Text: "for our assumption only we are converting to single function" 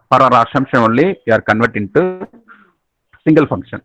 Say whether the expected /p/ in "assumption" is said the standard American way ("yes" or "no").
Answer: no